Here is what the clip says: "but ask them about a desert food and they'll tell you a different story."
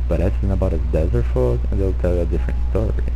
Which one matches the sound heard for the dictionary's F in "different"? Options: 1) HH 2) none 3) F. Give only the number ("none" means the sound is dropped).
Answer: 3